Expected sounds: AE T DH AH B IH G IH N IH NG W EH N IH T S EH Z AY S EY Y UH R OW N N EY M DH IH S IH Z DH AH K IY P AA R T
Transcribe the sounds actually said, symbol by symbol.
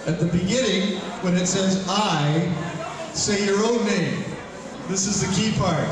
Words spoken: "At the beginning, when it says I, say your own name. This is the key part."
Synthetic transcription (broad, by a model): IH T DH AH B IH G IH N IH NG W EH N IH T S EH Z AY S EY Y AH R OW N N EY M DH IH S IH Z DH AH K IY P AA R T